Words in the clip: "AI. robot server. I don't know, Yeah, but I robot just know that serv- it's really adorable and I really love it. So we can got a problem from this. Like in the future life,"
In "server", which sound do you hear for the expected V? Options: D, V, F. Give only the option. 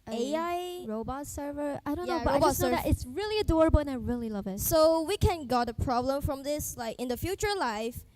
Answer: V